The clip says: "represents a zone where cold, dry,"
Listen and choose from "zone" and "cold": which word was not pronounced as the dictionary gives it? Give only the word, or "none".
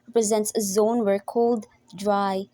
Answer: none